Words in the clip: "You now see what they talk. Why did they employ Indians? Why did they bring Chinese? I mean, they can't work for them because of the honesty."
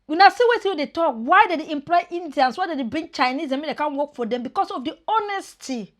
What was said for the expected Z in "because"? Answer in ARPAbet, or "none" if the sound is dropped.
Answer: S